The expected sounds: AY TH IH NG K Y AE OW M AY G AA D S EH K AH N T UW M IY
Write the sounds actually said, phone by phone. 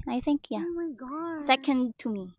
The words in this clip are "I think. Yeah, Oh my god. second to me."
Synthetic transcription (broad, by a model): AY TH IH NG K Y AE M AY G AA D S EH K AH N T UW M IY